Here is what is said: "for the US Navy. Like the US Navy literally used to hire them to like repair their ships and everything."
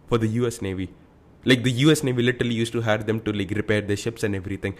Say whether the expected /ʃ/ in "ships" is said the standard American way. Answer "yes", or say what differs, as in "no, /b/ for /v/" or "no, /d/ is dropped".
yes